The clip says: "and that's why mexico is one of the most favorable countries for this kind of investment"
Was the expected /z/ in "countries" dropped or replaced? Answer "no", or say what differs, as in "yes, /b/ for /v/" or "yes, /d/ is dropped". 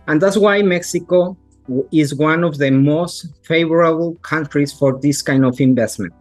yes, /s/ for /z/